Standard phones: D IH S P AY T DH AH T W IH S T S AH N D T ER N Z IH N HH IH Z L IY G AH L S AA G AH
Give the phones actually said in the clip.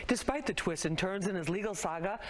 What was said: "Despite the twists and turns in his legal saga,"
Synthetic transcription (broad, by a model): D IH S P AY T DH AH T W IH S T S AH N T ER N Z IH N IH Z L IY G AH L S AA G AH